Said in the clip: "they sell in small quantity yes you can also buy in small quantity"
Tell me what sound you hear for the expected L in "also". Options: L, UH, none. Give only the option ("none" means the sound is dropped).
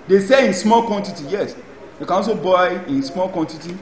none